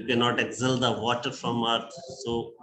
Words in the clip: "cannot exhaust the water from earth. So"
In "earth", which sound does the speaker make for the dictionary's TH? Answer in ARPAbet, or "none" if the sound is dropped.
T